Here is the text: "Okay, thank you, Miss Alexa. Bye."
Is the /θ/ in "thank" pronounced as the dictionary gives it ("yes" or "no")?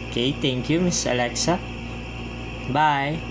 no